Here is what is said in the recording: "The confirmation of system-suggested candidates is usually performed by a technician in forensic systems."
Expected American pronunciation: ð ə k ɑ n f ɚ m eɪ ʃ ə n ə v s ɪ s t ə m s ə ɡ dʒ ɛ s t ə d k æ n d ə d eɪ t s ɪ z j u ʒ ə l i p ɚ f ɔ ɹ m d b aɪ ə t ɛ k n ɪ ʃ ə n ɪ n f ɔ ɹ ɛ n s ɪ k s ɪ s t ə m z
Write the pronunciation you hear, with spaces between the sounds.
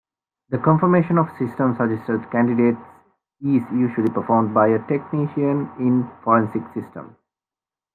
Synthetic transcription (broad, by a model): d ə k ɑ n f ɚ m eɪ ʃ ə n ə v s ɪ s t ə m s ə dʒ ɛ s t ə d k æ n d ə d eɪ t s ɪ z j u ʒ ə l i p ɚ f ɔ ɹ m d b aɪ ə t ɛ k n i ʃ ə n ɪ n f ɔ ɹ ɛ n s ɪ k s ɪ s t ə m